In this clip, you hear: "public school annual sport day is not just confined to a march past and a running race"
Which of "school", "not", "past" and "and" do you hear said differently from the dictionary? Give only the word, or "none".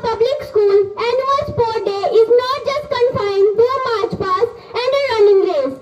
past